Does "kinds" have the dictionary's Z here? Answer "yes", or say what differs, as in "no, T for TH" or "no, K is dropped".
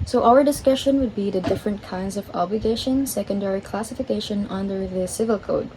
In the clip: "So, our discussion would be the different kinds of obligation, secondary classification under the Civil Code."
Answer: yes